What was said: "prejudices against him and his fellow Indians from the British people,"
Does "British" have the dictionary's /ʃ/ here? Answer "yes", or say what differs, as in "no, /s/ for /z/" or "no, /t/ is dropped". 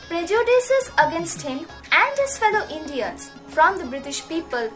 yes